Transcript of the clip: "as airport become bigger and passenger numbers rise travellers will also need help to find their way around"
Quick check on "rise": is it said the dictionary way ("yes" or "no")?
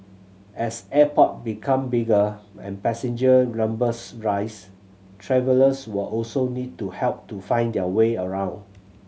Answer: no